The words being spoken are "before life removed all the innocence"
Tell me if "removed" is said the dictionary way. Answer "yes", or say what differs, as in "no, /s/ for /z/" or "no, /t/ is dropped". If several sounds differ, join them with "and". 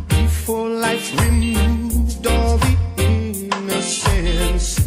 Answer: no, /v/ is dropped